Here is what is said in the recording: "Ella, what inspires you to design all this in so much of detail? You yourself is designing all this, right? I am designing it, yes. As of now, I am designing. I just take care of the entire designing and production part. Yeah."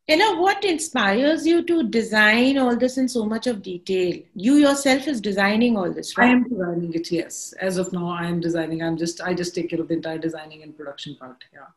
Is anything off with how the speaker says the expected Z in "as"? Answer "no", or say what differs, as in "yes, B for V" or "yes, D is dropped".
no